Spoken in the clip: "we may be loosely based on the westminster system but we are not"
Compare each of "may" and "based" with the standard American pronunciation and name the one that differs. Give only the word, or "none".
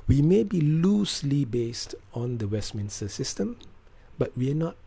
none